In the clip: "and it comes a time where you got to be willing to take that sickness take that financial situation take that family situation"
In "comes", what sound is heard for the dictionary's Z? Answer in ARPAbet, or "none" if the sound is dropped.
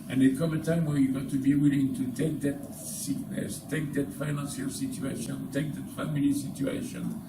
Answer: none